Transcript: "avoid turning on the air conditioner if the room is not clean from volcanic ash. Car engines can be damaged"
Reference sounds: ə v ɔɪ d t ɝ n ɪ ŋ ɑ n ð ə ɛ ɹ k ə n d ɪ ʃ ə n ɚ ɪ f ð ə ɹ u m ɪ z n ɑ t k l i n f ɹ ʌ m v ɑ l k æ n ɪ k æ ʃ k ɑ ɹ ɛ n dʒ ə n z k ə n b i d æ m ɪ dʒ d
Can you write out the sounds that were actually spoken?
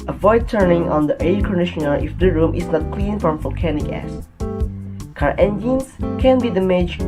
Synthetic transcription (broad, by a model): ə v ɔɪ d t ɝ n ɪ ŋ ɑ n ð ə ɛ k ə n d ɪ ʃ ə n ɚ ɪ f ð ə ɹ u m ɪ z n ɑ t k l i n f ɹ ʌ m v ɑ l k æ n ɪ k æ s k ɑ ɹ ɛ n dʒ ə n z k ə n b i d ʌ m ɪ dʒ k